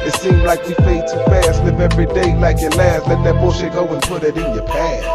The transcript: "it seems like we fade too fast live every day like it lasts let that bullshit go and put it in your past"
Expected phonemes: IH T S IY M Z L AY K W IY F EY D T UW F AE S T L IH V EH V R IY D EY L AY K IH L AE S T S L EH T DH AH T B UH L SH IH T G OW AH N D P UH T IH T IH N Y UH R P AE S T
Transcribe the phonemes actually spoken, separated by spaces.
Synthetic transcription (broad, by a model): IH T S IY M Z L AY K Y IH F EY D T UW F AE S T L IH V EH V R IY D EY L AY K IH L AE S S L EH T DH AH T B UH SH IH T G OW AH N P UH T IH T IH N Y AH R P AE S